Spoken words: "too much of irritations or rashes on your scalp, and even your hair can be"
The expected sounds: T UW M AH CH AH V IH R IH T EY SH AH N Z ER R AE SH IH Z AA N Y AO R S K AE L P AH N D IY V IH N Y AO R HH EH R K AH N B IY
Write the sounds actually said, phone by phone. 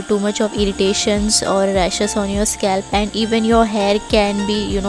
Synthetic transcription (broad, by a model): T UW M AH CH AH V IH R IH T EY SH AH N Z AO R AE SH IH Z AA N Y AO R S K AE L P AH N D IY V IH N Y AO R HH EH R K AH N B IY